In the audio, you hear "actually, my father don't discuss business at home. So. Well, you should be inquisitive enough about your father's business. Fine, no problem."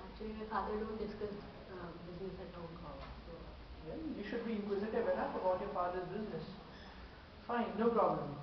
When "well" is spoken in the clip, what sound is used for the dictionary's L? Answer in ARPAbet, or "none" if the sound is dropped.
N